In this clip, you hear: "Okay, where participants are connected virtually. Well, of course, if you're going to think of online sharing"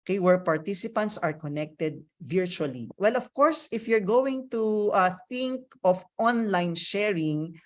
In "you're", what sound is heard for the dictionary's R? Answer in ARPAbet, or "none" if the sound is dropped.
R